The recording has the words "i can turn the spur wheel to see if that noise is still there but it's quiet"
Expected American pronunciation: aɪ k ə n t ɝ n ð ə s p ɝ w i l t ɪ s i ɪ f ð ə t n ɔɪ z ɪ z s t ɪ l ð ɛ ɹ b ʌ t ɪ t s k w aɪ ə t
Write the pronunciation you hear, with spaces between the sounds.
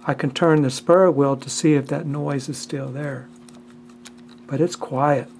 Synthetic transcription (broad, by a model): aɪ k ə n t ɝ n ð ə s p ɝ w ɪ l t ɪ s i ɪ f ð ə t n ɔɪ z ɪ z s t ɪ l ð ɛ ɹ b ʌ t ɪ t s k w aɪ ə t